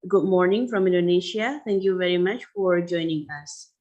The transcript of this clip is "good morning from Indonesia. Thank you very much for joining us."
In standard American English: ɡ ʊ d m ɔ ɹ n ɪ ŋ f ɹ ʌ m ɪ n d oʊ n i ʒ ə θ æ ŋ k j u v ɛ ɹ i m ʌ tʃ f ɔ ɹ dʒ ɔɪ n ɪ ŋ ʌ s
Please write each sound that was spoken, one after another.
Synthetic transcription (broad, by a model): ɡ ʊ d m ɔ ɹ n ɪ ŋ f ɹ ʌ m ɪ n d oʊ n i ʃ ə t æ ŋ k j u v ɛ ɹ i m ʌ tʃ f ɔ ɹ dʒ ɔɪ n ɪ ŋ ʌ s